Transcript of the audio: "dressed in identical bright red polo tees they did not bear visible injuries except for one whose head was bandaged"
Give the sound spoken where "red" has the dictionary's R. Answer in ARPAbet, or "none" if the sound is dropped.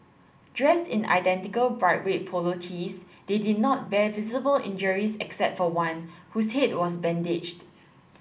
W